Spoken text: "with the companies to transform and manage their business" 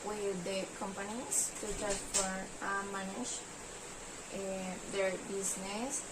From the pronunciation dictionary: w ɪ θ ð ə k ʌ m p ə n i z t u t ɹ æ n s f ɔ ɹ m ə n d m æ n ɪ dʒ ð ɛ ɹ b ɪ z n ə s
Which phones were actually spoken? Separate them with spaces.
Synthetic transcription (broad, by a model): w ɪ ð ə k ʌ m p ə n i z t u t æ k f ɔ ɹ ə m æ n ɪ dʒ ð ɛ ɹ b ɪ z n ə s